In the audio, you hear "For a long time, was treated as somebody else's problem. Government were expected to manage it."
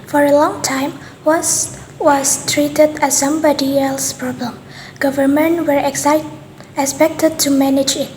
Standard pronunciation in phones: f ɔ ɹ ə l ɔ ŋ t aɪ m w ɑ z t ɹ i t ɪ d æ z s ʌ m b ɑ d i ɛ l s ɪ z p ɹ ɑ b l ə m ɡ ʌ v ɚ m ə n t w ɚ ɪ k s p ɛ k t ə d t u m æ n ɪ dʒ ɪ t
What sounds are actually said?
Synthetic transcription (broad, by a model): f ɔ ɹ ə l ɔ ŋ t aɪ m w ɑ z t ɹ i t ɪ d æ s ʌ m b ɑ d i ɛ l s p ɹ ɑ b l ə m ɡ ʌ v ɚ m ə n t w ɚ ɪ k s p ɛ k t ə d t u m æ n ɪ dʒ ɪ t